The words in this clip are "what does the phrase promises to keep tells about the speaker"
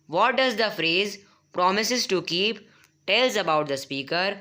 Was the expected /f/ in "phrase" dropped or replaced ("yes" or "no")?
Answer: no